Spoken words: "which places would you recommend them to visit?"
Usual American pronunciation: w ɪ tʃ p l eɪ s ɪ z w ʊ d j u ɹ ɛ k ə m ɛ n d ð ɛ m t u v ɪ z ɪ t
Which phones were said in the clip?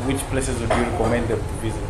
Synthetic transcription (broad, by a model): w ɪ tʃ p l eɪ s ɪ z w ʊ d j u ɹ ɛ k ə m ɛ n d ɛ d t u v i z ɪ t